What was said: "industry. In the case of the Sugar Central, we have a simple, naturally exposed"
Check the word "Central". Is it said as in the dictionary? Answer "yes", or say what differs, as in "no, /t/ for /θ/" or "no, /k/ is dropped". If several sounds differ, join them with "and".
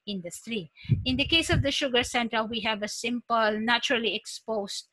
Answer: no, /ɹ/ is dropped